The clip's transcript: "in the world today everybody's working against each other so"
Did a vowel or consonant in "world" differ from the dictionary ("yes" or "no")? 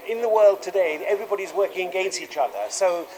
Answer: no